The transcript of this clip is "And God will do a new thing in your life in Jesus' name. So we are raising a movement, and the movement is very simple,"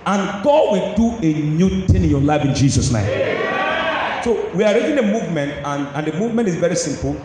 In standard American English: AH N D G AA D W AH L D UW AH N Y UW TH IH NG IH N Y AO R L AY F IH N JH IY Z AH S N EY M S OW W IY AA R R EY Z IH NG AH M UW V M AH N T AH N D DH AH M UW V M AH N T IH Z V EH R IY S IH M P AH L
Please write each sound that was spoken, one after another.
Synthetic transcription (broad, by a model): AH N G AA D W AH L D UW AH N Y UW T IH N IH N Y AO L AY F IH N JH IY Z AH S N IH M S OW W IY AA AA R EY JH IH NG AH M UW V M AH N T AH N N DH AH M UW V M AH N T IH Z V EH R IY S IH M P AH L